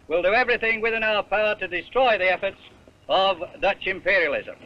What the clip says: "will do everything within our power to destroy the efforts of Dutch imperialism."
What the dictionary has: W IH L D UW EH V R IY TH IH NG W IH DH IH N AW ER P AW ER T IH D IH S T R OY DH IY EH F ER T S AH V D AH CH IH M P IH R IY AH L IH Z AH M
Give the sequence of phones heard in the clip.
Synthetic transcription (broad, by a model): W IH L D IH EH V R IY TH IH NG W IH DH IH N AW ER P AW ER T IH D IH S T R OY DH IY EH F ER T S AH V D AH CH IH M P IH R IY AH L IH Z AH M